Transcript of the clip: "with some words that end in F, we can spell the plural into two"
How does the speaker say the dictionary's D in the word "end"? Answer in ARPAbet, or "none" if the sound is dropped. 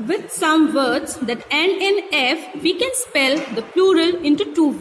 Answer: none